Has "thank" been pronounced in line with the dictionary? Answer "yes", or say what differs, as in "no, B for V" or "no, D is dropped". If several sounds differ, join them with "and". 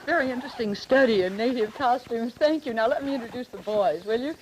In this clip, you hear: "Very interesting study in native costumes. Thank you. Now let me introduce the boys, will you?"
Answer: yes